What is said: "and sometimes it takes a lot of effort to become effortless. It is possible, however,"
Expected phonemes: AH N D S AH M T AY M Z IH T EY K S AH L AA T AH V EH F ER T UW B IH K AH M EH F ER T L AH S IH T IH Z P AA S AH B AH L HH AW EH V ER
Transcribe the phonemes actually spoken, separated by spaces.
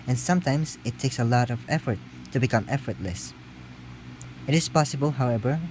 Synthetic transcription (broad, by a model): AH N S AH M T AY M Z IH T EY K S AH L AA T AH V EH F ER T UW B IH K AH M EH F ER T L AH S IH T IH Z P AA S AH B AH L HH AW EH V ER